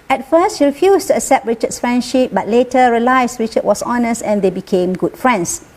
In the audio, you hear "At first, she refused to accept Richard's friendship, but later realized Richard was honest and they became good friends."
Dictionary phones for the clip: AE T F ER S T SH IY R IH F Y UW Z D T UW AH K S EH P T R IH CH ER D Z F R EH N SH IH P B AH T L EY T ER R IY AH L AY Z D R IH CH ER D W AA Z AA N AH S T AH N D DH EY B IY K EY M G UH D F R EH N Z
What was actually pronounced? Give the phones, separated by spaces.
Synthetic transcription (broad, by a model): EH T F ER S T SH IY R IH F Y UW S T UW AH K S EH P T R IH CH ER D S F R EH N SH IH P B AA T L EY T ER R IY L AY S R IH CH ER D W AA S AA N AH S T AH N D EY B IY K EY M G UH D F R EH N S